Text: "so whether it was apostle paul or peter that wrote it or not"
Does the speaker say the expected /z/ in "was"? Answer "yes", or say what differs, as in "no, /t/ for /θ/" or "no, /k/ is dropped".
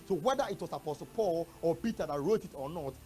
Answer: no, /s/ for /z/